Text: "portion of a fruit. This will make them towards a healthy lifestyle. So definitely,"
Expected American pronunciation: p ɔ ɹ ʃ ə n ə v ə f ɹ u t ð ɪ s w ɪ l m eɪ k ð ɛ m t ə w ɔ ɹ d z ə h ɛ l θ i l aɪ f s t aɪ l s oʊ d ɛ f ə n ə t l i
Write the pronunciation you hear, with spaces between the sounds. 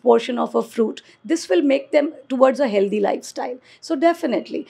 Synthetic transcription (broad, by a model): p ɔ ɹ ʃ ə n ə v ə f ɹ u t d ɪ s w ɪ l m eɪ k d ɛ m t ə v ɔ ɹ d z ə h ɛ l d i l aɪ f s t aɪ l s oʊ d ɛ f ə n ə t l i